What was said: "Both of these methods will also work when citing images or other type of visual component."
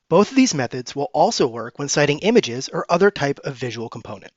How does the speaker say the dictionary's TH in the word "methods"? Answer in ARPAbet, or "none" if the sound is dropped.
TH